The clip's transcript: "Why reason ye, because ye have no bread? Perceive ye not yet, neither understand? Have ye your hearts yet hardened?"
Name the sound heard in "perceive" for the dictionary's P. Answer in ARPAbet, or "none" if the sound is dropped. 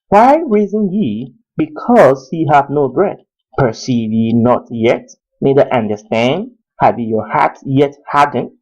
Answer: P